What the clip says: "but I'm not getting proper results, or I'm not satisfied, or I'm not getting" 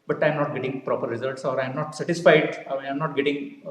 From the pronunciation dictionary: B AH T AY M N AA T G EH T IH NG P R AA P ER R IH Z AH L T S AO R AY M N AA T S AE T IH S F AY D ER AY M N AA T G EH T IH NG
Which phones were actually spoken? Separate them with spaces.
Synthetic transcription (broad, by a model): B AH T AY M N AA T G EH T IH NG P R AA P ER R IH Z AH L T S AO R AY M N AA T S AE T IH S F AY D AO AY M N AA T G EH T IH NG